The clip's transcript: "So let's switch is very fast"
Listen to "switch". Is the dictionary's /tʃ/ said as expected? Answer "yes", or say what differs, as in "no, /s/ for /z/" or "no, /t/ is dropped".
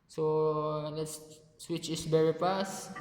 yes